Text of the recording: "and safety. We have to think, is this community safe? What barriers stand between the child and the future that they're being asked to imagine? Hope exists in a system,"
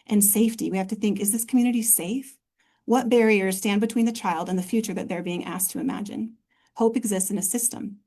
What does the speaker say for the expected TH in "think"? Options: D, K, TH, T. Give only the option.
TH